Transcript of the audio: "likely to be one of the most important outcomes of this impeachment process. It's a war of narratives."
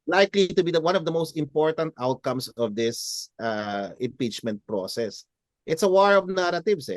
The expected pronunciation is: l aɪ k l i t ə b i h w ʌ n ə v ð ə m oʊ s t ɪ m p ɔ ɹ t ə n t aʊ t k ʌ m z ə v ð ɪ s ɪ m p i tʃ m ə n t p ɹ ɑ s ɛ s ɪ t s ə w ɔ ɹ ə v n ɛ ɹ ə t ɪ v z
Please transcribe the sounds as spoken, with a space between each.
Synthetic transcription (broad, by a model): l aɪ k l i t ə b i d w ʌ n ə v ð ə m oʊ s t ɪ m p ɔ ɹ t ə n t aʊ t k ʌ m s ə v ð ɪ s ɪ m p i tʃ m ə n t p ɹ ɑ s ɛ s ɪ t s ə w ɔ ɹ ə v n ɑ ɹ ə t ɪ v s